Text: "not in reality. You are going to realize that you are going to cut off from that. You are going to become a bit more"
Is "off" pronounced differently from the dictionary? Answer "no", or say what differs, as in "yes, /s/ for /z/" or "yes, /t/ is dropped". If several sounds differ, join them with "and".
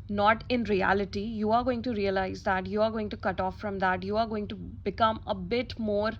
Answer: no